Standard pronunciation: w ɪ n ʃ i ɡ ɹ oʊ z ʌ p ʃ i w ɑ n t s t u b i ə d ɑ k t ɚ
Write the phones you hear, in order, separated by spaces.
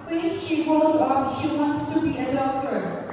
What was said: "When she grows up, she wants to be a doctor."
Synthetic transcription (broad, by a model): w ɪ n ʃ i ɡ oʊ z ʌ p ʃ i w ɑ n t s t u b i ə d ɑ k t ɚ